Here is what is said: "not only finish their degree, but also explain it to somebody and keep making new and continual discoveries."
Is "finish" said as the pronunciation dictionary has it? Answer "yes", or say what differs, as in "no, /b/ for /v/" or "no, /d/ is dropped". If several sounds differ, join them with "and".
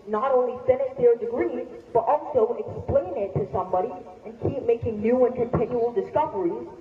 no, /s/ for /ʃ/